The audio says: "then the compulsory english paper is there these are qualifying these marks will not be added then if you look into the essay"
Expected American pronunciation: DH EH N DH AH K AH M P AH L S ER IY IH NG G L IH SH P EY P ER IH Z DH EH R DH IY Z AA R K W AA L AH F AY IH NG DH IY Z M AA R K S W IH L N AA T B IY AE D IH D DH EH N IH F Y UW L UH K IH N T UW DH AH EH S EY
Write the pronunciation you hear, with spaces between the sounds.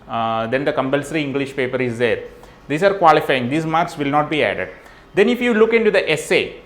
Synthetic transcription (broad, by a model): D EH N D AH K AH M P AH L S ER IY IH NG G L IH SH P EY P ER IH Z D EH R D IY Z AA R K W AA L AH F AY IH NG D IY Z M AA R K S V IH L N AA T B IY AE D IH D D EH N IH F Y UW L UH K IH N T UW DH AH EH S EY